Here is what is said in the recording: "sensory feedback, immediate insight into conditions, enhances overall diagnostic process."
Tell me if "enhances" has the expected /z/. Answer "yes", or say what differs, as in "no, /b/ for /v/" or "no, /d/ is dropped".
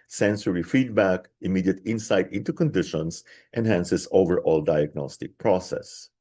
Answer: no, /s/ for /z/